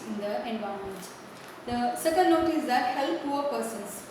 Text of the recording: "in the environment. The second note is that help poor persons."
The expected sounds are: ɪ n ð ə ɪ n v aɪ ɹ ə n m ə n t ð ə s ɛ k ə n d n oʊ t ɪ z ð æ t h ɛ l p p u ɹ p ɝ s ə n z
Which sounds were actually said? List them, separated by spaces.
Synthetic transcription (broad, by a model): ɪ n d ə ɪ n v aɪ ə m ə n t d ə s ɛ k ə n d n oʊ t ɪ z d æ t h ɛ l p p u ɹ p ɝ s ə n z